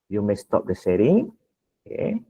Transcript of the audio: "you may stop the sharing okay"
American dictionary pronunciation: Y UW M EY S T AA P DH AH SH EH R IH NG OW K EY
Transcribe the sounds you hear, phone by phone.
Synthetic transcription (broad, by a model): Y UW M EY S T AA P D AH S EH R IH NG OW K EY